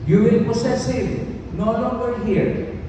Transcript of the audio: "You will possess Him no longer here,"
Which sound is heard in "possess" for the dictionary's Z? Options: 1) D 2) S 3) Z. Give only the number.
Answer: 2